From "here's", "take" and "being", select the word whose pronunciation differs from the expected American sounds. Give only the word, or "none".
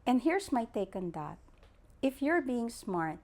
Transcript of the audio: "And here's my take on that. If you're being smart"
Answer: here's